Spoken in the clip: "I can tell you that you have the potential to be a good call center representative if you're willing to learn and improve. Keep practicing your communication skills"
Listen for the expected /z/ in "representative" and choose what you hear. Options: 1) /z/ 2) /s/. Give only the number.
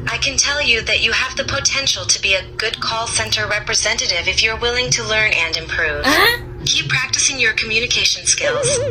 1